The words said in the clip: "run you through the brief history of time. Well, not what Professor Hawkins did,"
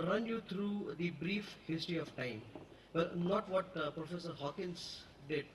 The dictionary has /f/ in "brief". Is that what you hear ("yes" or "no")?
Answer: yes